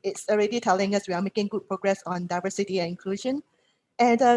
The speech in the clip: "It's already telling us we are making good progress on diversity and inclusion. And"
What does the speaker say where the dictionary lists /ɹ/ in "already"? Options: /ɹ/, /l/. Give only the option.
/ɹ/